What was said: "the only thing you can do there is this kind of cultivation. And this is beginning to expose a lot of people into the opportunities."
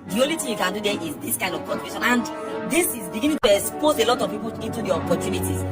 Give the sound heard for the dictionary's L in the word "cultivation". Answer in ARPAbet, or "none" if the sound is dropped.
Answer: N